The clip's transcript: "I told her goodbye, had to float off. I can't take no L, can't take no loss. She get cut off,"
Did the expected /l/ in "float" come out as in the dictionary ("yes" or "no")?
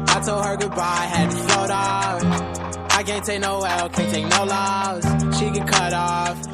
no